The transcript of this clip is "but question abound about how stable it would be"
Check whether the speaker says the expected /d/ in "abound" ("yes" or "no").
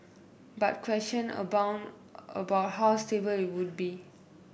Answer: no